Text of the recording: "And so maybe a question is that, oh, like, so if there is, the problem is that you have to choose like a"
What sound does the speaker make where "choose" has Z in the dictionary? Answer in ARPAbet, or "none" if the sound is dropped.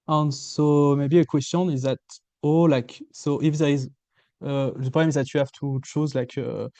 Z